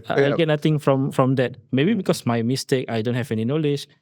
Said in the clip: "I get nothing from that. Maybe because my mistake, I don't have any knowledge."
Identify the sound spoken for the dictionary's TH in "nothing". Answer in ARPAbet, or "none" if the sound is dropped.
T